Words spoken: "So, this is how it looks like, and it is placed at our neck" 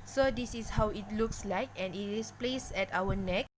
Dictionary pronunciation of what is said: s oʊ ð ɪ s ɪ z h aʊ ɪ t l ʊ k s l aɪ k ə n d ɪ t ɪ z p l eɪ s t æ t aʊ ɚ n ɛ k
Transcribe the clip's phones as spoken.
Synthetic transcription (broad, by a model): s oʊ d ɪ s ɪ s h aʊ ɪ t l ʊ k s l aɪ k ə n ɪ t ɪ s p l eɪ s ɛ t aʊ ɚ n ɛ k